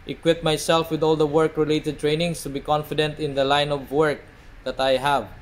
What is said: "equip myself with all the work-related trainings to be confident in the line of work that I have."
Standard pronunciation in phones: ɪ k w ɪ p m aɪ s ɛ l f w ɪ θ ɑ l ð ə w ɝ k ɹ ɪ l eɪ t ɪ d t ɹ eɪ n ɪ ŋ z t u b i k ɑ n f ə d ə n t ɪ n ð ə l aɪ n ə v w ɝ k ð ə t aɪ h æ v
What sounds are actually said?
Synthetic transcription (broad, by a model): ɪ k w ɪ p m aɪ s ɛ l f w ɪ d ɑ l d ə w ɝ k ɹ ɪ l eɪ t ɪ d t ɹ eɪ n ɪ ŋ s t u b i k ɑ n f ə d ə n t ɪ n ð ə l aɪ n ə v w ɝ k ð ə t aɪ h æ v